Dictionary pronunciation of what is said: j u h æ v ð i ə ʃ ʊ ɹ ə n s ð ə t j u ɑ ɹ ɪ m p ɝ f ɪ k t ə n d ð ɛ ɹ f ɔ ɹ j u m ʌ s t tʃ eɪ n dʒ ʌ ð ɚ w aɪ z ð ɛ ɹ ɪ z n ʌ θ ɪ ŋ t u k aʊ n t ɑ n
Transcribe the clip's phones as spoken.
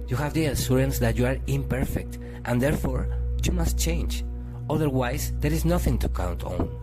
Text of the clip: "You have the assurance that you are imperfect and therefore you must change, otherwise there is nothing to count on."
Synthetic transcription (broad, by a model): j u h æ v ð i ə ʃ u ɹ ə n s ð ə t j u ɑ ɹ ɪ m p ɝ f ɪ k t ə n d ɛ ɹ f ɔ ɹ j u m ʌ s t tʃ eɪ n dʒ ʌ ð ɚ w aɪ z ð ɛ ɹ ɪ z n ʌ θ ɪ ŋ t u k aʊ n t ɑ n